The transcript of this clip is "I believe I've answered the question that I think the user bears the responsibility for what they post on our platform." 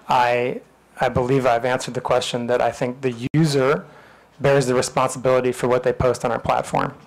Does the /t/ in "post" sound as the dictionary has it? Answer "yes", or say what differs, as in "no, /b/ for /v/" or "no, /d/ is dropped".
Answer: yes